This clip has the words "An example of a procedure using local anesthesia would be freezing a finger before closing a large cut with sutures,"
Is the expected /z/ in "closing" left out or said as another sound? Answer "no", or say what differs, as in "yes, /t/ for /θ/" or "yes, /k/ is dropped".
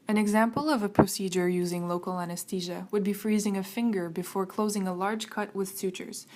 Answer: no